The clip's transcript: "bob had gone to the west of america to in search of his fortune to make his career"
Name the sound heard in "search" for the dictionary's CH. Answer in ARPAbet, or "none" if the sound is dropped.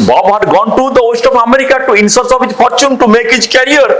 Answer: S